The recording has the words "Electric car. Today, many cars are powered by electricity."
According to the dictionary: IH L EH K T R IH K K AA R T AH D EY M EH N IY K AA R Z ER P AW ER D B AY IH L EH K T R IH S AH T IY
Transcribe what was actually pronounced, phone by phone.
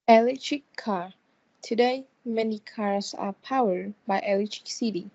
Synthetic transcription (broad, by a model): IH L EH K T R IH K K AA R T AH D EY M EH N IY K AA R S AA P AW ER D B AY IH L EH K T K S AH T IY